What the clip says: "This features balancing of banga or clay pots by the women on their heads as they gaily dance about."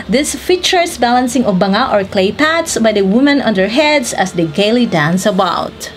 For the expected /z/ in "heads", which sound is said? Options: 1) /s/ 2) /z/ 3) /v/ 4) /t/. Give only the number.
1